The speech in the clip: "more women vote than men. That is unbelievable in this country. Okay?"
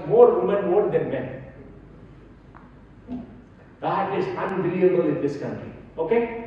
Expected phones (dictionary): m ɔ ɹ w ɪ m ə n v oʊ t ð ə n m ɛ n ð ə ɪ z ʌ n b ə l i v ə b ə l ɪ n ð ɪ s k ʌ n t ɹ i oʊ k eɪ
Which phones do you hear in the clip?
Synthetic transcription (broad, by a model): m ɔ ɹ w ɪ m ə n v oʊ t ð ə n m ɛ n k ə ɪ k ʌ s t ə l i ə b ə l ɪ n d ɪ s k ʌ n t ɹ i oʊ k eɪ